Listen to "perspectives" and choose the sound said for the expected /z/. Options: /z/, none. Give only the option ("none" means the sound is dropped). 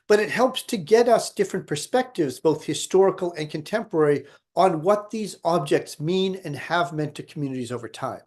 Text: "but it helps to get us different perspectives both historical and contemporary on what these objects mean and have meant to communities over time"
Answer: /z/